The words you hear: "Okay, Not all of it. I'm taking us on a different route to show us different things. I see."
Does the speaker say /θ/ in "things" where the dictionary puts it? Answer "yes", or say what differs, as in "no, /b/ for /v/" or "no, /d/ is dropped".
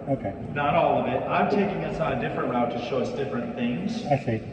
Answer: yes